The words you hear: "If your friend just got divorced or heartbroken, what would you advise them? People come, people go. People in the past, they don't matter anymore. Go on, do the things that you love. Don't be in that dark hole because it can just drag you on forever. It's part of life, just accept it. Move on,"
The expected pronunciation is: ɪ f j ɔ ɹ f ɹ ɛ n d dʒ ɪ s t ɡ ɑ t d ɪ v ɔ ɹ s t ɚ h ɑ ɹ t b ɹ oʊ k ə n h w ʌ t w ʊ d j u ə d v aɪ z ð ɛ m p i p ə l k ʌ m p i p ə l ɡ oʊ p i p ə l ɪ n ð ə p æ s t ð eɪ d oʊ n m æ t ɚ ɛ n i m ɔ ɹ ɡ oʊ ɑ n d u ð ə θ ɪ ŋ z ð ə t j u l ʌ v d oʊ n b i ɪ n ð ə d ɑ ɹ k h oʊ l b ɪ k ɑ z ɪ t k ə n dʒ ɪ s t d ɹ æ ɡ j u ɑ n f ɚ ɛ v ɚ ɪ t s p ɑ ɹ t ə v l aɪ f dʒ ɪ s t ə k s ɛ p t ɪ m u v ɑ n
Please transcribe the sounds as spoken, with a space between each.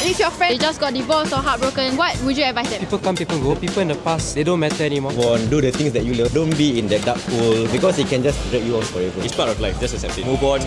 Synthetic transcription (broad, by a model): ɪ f j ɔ f ɹ ɛ d dʒ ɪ s ɡ ɑ t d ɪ b ɔ s ɔ h ɑ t b ɹ oʊ k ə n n w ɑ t w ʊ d j u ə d v aɪ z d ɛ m p i p ə l k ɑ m p i p ə l ɡ oʊ p i p ə l ɪ n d ə p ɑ s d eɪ d oʊ n m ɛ t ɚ ɛ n i m ɔ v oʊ ɑ n d u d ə t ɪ ŋ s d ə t j u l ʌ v d oʊ n b i ɪ n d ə d ɑ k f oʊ l b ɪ k ɑ s ɪ t k ə n dʒ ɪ s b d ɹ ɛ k j u ɑ n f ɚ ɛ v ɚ ɪ t s p ɑ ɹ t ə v l aɪ f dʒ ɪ s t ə s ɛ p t ɪ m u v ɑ n